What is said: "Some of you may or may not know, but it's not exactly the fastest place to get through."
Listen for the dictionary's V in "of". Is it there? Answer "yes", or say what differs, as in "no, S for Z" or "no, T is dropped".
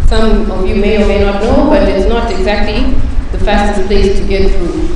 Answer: yes